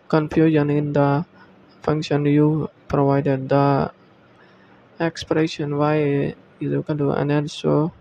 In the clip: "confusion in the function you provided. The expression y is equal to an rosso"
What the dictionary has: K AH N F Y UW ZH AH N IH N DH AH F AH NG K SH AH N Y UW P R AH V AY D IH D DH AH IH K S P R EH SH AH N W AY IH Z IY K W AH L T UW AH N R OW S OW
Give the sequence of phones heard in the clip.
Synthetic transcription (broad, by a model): K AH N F Y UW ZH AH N IH N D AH F AH NG K SH AH N Y UW P R AH V AY D IH D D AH IH K S P R EH SH AH N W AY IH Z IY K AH N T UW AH N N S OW